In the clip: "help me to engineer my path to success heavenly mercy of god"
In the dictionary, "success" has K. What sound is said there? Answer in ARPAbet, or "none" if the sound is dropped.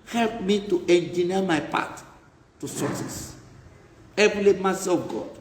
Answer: none